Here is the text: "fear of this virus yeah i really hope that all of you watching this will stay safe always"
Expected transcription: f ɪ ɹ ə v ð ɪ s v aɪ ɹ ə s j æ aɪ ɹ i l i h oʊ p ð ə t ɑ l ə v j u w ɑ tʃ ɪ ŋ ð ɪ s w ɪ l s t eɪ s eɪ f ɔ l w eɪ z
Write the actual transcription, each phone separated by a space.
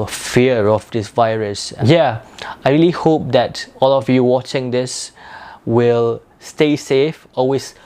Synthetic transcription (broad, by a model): f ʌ ɹ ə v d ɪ s v aɪ ɹ ə s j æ aɪ ɹ i l i h oʊ p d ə t ɑ l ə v j u w ɑ tʃ ɪ ŋ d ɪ s w ɪ l s t eɪ s eɪ f ɔ l w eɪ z